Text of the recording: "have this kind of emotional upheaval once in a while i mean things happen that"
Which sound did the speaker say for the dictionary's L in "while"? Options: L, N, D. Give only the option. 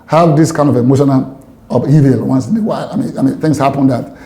N